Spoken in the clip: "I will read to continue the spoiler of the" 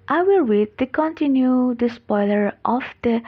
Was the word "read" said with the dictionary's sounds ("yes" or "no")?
no